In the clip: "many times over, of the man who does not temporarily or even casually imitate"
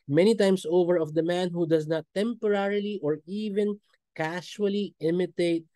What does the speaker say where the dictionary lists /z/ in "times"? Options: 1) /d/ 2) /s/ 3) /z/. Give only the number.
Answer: 2